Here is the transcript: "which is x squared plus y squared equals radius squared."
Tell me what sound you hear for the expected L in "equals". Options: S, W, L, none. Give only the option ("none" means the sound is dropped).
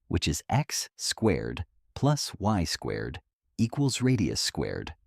L